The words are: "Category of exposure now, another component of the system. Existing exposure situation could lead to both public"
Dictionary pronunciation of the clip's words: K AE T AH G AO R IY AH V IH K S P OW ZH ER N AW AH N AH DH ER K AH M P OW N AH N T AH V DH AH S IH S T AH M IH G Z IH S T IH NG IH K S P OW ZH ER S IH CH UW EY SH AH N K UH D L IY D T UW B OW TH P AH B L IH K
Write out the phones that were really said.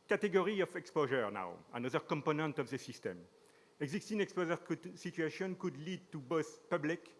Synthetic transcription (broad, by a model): K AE T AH G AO R IY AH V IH K S P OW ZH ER N AW AH N AH DH ER K AH M P OW N AH N T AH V DH AH S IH S T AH M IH G Z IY S T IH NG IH K S P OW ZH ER S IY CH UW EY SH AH N K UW D L IY D T UW B OW TH P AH B L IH K